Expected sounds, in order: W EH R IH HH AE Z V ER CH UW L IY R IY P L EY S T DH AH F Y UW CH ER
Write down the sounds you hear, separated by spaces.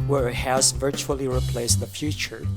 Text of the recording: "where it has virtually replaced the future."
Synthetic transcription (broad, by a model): W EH R HH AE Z V ER CH UW L IY R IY P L EY S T DH AH F Y UW CH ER